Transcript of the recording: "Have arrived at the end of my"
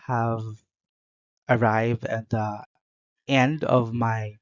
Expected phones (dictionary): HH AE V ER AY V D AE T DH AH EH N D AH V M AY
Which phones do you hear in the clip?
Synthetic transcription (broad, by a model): HH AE V ER AY V D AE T DH AH EH N D AH V M AY